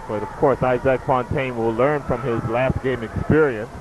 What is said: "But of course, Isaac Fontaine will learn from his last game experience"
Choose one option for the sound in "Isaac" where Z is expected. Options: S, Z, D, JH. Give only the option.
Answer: Z